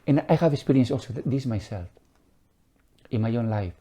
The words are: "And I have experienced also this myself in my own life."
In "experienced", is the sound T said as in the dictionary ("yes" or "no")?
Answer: no